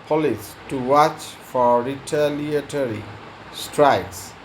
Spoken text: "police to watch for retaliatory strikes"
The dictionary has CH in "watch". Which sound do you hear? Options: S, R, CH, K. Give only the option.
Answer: CH